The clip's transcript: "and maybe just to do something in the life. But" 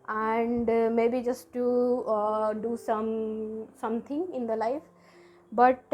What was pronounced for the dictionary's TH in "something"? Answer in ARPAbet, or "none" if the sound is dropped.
T